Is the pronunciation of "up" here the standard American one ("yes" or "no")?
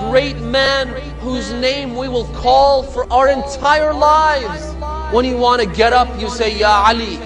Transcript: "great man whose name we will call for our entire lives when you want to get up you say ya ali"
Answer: yes